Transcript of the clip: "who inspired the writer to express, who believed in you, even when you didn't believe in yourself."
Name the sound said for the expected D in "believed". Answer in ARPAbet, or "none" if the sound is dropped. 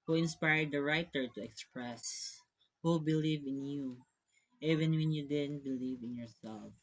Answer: none